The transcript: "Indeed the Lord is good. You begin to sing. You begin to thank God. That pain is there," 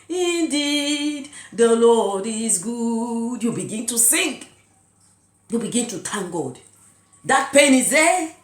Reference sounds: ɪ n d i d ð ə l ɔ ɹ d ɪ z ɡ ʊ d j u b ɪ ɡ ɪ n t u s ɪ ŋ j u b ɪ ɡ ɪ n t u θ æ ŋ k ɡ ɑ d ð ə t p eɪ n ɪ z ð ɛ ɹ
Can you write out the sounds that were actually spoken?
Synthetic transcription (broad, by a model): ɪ n d i d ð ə l ɔ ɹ d ɪ z ɡ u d j u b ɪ ɡ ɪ n t u s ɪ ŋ j u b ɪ ɡ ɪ n t u t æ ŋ ɡ ɑ d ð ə t p eɪ n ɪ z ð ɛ